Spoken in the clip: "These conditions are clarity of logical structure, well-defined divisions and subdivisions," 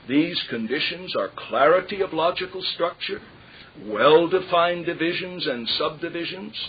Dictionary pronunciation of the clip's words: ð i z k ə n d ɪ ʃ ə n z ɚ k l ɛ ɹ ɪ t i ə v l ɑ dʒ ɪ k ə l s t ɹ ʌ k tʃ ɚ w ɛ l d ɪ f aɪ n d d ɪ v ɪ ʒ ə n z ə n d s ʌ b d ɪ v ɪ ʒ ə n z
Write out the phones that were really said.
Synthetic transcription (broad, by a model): ð i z k ə n d ɪ ʃ ə n z ɚ k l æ ɹ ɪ t i ə v l ɑ dʒ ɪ k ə l s t ɹ ʌ k tʃ ɚ w ɛ l d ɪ f aɪ n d d ɪ v ɪ ʒ ə n z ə n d s ʌ b d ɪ v ɪ ʒ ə n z